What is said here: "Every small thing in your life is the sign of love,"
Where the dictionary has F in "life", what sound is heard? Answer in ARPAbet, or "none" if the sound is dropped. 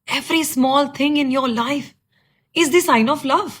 F